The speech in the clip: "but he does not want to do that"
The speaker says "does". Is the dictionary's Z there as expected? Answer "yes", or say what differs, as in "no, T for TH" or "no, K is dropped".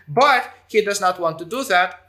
yes